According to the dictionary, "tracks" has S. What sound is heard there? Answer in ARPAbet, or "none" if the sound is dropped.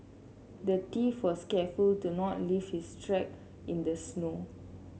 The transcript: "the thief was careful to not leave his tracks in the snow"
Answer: none